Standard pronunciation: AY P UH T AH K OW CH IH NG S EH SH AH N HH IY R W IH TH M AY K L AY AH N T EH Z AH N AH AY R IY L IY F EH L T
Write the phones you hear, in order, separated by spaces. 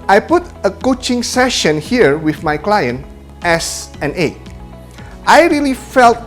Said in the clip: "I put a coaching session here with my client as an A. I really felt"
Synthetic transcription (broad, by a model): AY P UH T AH K OW CH IH NG S EH SH AH N HH IY R W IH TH M AY K L AY AH N T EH S AH N AH AY R IY L IY F EH L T